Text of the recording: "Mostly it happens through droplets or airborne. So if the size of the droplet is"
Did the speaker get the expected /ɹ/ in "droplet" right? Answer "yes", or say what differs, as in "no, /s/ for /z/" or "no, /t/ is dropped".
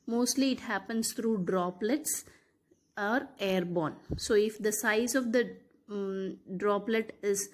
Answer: yes